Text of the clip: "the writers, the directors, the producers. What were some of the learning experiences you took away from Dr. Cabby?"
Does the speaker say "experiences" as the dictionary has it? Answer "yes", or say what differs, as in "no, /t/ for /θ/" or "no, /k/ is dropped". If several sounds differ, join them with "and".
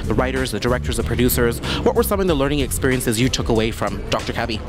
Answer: yes